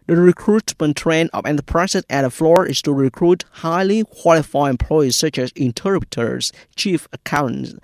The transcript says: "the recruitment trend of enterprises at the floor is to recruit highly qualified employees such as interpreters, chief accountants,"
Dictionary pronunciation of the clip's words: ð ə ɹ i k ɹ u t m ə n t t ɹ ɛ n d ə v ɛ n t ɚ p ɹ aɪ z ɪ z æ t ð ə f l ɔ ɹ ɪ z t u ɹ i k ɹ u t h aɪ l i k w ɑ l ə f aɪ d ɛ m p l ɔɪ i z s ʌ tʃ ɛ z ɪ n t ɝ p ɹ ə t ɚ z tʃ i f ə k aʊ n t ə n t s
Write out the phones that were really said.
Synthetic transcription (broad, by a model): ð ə ɹ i k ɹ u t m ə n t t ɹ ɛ n ə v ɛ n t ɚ p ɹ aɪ s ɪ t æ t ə f l ɔ ɹ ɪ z t u ɹ i k ɹ u t h aɪ l i k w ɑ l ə f aɪ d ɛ m p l ɔɪ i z s ʌ tʃ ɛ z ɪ n t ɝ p ɹ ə t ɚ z tʃ i f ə k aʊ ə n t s